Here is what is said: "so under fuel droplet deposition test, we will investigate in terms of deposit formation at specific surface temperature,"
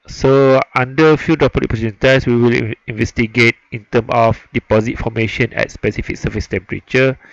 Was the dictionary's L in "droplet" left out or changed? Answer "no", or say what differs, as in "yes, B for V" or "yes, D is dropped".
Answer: yes, L is dropped